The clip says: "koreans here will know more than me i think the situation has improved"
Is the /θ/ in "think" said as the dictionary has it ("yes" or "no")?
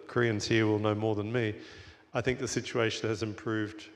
yes